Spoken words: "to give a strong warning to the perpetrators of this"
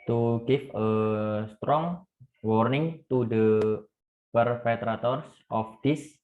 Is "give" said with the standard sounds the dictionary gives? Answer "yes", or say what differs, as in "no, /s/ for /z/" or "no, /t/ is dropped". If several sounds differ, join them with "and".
no, /f/ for /v/